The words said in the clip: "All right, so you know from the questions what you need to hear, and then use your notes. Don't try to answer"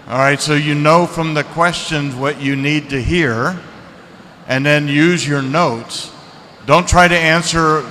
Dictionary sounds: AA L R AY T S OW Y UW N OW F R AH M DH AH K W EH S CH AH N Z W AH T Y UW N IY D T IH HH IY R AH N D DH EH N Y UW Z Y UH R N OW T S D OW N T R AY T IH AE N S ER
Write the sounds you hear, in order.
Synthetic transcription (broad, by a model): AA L R AY T S OW Y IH N OW F R AH M DH AH K W EH S CH AH N Z W AH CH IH N IY D T IH HH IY R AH N DH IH N Y UW Z Y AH R N OW T S D OW N T R AY T IH AE N S ER